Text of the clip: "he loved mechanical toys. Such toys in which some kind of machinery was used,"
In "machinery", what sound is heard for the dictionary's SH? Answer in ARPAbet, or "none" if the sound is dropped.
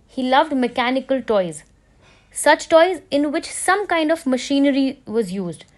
SH